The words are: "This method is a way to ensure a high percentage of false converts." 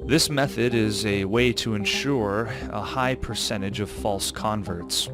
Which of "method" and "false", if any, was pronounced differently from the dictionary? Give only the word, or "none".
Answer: none